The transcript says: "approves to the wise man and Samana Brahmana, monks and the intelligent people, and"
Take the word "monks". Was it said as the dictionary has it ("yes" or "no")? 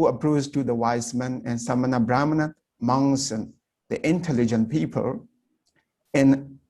no